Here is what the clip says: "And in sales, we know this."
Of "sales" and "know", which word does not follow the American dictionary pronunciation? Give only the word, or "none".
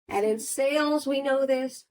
none